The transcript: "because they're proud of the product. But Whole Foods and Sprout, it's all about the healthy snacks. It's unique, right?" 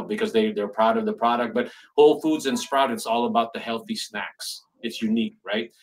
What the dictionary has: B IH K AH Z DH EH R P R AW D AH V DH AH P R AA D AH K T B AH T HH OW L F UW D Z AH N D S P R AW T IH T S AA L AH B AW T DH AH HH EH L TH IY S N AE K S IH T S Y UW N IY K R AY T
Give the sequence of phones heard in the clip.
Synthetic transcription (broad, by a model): B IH K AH Z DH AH R P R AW D AH V DH AH P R AA D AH K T B AH T HH OW L F UW D Z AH N S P R AW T IH T S AA L AH B AW T DH AH HH EH L TH IY S N AE K S IH T S Y UW N IY K R AY T